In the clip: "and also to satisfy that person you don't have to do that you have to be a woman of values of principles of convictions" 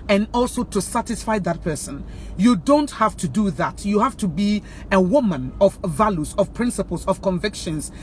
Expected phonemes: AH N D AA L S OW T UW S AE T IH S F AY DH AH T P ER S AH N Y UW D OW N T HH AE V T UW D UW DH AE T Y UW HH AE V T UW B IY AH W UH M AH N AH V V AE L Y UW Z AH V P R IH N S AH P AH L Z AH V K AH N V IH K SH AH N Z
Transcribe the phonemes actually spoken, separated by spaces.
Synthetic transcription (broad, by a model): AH N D AA L S OW T UW S AE T IH S F AY DH AH T P ER S AH N Y UW D OW N T HH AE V T UW D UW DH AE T Y UW HH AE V T UW B IY AH W UH M AH N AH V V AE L Y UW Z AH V P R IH N S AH P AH L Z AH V K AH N V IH K SH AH N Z